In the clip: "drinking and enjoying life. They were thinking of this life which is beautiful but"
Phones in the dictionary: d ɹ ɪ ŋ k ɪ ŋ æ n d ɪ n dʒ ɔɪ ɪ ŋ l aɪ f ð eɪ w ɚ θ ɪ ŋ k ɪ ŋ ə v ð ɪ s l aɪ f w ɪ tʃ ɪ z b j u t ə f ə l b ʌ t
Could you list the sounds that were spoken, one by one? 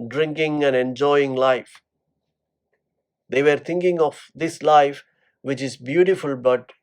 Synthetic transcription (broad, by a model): d ɹ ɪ ŋ k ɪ ŋ æ n d ɪ n dʒ ɔɪ ɪ ŋ l aɪ f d eɪ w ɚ t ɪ ŋ k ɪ ŋ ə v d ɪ s l aɪ f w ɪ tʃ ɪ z b j u t ə f ə l b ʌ t